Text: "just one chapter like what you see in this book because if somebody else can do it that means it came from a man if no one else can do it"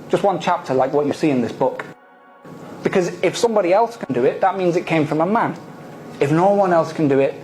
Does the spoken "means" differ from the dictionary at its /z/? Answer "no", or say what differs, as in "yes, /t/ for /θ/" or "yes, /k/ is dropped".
no